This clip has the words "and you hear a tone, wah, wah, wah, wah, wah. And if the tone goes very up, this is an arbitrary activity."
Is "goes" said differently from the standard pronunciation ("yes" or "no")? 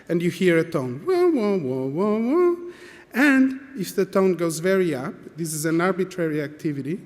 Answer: no